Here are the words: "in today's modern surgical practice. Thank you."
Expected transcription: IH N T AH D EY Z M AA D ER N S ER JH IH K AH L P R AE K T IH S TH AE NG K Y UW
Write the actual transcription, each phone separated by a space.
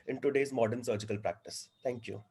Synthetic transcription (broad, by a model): IH N T AH D EY Z M AA D ER N S ER JH IH K AH L P R AE K T IH S T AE NG K Y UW